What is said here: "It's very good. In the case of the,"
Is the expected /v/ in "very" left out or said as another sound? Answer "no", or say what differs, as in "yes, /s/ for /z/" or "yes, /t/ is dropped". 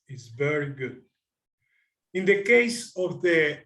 no